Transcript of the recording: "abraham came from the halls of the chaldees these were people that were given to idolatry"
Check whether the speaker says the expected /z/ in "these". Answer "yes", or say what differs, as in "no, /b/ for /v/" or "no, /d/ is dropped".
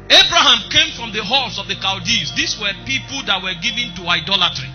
no, /s/ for /z/